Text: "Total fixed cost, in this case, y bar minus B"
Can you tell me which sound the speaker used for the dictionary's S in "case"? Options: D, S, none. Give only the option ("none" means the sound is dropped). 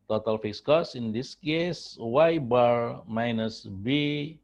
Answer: S